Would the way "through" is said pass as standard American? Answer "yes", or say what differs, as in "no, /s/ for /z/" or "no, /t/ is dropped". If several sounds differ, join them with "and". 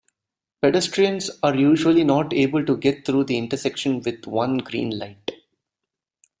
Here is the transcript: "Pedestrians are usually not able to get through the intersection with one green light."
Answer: no, /t/ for /θ/